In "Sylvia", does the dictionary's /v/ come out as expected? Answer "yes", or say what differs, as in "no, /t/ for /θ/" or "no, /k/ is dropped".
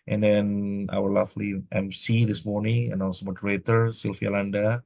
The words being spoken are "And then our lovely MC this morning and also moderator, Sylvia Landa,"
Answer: no, /f/ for /v/